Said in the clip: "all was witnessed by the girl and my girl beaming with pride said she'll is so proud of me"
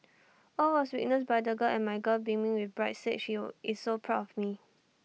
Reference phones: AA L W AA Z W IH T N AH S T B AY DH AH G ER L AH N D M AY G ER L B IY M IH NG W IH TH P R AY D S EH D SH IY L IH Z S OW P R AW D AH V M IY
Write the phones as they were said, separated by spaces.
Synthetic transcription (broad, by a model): AA L W AA S W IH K N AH S B AY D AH G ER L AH N M AY G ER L B IY M IH NG W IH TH B R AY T S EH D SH IY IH S OW P R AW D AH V M IY